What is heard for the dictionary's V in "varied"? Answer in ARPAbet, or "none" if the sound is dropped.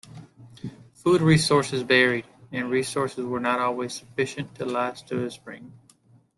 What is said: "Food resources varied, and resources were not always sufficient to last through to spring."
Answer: B